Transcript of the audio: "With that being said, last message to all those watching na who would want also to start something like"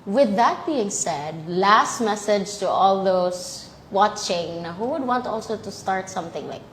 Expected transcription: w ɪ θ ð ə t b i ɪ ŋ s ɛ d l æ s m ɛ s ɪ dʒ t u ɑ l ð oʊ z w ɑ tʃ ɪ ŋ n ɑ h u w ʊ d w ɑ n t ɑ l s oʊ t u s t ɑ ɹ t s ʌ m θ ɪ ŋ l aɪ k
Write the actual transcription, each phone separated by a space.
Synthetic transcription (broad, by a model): w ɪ ð ə t b i ɪ ŋ s ɛ d l æ s m ɛ s ɪ dʒ t u ɑ l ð oʊ s w ɑ tʃ ɪ ŋ n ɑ h u w ʊ d w ɑ n t ɑ l s oʊ t u s t ɑ ɹ t s ʌ m θ ɪ ŋ l aɪ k